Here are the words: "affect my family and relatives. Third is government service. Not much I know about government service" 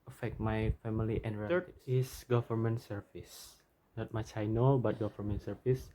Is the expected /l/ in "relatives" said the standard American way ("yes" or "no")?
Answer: no